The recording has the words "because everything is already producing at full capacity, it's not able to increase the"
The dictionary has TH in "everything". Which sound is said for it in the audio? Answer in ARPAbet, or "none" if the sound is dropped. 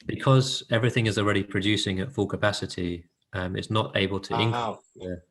TH